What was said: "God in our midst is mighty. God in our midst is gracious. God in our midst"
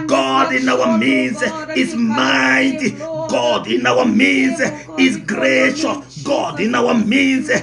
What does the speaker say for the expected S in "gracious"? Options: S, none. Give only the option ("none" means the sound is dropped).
none